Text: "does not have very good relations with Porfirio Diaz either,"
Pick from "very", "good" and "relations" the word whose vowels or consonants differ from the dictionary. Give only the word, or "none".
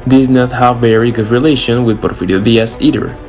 relations